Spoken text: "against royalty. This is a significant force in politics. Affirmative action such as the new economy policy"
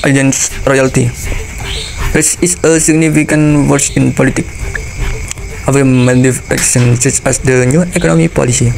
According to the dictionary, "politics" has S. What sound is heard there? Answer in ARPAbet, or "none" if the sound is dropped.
none